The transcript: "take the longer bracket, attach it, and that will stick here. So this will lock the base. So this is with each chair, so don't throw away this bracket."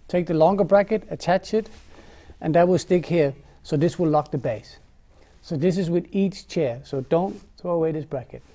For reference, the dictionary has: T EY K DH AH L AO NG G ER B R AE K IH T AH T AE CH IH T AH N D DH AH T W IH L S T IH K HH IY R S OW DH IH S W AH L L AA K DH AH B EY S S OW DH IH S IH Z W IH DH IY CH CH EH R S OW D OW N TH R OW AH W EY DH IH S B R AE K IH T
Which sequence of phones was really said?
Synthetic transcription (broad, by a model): T EY K DH AH L AO NG G ER B R AE K IH T AH T AE CH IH T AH N DH AH T W IH L S T IH K HH IY R S OW DH IH S W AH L L AA K DH AH B EY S S OW DH IH S IH Z W IH DH IY CH CH EH R S OW D OW N TH R OW AH W EY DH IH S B R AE K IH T